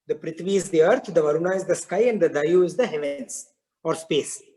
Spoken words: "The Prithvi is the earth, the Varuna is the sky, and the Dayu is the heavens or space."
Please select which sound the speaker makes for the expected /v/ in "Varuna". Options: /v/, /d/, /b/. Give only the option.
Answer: /v/